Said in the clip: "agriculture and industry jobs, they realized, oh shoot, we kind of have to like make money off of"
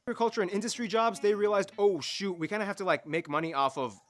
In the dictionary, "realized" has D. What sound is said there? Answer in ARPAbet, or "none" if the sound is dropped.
D